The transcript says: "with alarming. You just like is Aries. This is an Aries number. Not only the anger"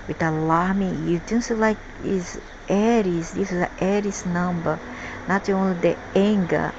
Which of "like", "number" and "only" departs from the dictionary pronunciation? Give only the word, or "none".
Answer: none